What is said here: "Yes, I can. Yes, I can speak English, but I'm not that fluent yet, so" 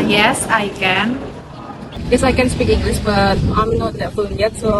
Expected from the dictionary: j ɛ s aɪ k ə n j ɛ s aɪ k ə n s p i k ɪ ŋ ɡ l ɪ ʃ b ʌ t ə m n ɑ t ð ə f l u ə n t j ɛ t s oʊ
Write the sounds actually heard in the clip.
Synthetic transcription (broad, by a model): j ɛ s aɪ k ə n j ɛ s aɪ k ə n s p i k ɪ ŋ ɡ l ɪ s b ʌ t ə m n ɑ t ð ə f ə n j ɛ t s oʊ